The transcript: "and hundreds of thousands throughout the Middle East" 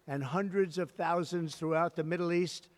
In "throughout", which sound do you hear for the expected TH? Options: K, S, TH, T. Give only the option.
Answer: TH